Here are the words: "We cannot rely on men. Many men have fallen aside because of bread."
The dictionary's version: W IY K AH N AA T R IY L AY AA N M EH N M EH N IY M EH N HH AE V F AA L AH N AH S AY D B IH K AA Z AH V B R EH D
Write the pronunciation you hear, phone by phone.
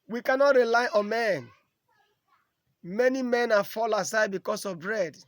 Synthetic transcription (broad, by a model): W IY K AH N AA T R IY L AY AA N M EH N M EH N IY M EH N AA F AA L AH S AY D B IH K AA S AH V B R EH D